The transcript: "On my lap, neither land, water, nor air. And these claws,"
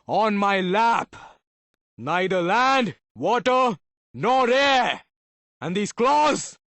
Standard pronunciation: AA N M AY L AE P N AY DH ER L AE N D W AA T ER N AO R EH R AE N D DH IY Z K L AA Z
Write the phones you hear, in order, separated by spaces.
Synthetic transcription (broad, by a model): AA N M AY L AE P N AY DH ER L AE N D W AA T ER N AO R EH R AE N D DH IY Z K L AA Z